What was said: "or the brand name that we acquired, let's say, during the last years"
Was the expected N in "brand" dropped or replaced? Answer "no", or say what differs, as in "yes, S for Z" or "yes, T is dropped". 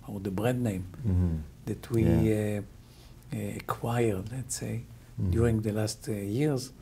yes, N is dropped